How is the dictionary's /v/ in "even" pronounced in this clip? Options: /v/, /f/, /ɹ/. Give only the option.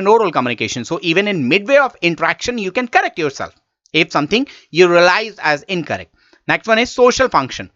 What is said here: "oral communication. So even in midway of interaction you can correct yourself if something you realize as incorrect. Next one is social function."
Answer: /v/